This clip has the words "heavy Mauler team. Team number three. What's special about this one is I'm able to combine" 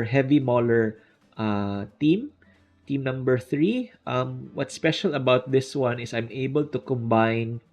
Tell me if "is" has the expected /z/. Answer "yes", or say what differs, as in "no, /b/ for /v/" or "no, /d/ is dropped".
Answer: no, /s/ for /z/